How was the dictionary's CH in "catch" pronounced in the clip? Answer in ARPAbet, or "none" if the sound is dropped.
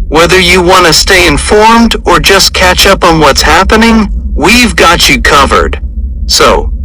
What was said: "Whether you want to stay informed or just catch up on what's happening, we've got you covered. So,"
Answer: CH